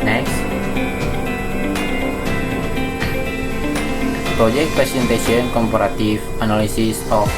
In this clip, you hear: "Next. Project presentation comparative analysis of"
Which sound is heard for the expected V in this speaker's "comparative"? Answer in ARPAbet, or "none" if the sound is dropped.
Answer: F